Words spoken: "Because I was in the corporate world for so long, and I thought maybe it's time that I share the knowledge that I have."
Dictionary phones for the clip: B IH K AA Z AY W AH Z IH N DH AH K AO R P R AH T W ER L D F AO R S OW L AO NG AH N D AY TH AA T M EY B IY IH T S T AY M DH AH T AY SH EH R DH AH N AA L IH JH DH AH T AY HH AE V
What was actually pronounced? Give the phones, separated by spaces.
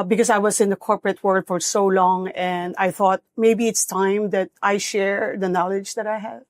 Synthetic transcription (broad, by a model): B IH K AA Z AY W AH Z IH N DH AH K AO R P R AH T W ER L D F AO R S OW L AO NG AH N D AY TH AA T M EY B IY IH T S T AY M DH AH T AY SH EH R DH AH N AA L IH JH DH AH T AY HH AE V